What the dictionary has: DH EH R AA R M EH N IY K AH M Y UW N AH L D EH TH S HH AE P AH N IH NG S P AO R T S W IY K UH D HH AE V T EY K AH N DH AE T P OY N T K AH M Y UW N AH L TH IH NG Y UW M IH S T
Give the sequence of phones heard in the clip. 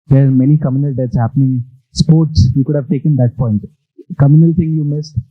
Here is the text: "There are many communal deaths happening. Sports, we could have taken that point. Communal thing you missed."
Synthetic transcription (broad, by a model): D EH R AA R M EH N IY K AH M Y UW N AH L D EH T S HH AE P AH N IH NG S P AO R T S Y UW K UH D HH AE V T EY K AH N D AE T P OY N T K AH M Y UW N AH L T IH NG Y UW M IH S T